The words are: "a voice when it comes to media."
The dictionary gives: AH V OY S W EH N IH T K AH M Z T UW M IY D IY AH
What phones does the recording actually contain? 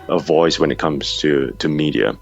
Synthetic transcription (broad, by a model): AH V OY S W EH N IH T K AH M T T UW M IY D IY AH